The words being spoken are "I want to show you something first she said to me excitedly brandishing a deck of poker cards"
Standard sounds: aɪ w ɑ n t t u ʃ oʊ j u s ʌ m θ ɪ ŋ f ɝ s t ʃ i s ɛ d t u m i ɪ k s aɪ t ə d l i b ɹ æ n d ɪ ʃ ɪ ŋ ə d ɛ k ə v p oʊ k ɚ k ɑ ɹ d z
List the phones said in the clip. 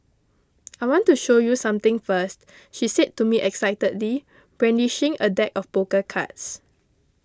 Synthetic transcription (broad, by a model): aɪ w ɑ n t t u ʃ oʊ j u s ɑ m t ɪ ŋ f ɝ s t ʃ i s ɛ d t u m i ɪ k s aɪ t ə d l i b ɹ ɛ n d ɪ ʃ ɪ ŋ ə d ɛ k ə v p oʊ k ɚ k ɑ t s